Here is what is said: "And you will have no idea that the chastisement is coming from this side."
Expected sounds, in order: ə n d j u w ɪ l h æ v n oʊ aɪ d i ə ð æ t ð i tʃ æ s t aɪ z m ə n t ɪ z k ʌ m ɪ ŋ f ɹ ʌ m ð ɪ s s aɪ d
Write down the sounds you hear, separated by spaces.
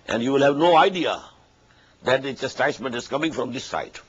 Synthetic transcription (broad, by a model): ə n d j u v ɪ l h æ v n oʊ aɪ d i ə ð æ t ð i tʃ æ s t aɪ s m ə n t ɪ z k ʌ m ɪ ŋ f ɹ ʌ m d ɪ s s aɪ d